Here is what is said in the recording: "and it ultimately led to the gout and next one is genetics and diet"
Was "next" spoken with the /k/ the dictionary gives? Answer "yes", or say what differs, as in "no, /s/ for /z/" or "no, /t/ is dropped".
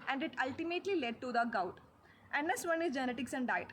no, /k/ is dropped